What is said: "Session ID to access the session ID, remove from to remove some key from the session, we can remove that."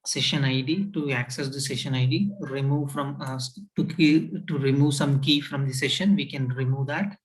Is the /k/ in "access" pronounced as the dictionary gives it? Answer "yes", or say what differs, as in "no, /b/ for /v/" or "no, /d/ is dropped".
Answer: yes